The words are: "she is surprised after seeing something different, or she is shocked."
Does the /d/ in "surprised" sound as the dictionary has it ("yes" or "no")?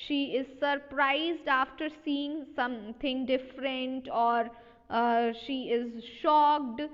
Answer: yes